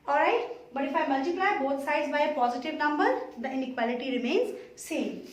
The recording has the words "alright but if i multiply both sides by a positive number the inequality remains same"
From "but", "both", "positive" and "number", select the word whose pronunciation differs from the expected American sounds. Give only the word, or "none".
both